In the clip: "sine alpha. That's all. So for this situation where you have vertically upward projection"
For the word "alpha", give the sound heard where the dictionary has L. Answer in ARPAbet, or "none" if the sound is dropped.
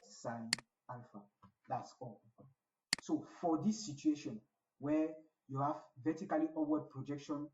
N